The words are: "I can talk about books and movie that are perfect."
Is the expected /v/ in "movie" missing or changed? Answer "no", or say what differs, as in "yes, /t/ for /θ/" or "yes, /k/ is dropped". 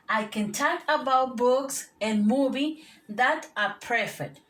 yes, /b/ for /v/